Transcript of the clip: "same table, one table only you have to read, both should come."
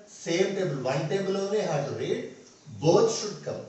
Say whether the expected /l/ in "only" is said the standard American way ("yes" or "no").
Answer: no